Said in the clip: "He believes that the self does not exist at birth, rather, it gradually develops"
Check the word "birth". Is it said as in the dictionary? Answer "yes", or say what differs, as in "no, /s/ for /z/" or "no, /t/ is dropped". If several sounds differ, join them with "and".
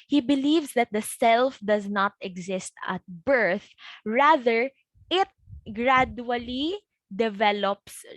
yes